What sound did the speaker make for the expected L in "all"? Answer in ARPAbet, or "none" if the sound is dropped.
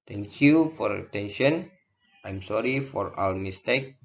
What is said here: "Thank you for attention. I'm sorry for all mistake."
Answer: W